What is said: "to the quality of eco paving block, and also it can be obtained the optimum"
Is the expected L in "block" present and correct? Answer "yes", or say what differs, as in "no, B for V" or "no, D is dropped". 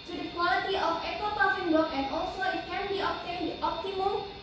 no, L is dropped